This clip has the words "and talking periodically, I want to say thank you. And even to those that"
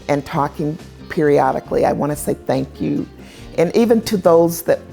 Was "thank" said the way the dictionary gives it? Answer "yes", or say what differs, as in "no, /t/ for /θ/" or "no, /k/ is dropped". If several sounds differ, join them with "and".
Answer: yes